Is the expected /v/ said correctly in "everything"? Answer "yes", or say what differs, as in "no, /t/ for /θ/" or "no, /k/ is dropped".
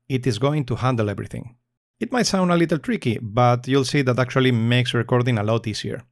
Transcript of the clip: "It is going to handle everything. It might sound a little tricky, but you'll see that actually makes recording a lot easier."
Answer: no, /b/ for /v/